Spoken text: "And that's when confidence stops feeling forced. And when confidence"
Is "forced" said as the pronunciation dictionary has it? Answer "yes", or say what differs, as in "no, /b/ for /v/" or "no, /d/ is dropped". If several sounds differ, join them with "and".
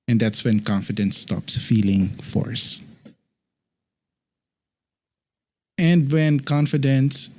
no, /t/ is dropped